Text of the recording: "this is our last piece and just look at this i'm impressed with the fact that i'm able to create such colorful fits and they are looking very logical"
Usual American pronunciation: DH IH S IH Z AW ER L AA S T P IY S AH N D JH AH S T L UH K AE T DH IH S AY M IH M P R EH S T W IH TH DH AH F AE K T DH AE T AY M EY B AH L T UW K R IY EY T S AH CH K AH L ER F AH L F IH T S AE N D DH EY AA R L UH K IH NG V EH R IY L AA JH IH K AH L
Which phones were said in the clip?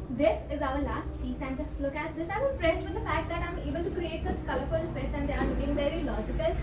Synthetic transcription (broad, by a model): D IH S IH Z AW ER L AA S T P IY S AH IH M JH AH S T L UH K AE T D IH S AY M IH P R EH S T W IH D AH F AE K T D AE T AY M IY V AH N T UW K R IY EY T S AH CH K AH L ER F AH L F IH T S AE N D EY AA R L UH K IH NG V EH R IY L AA JH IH K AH L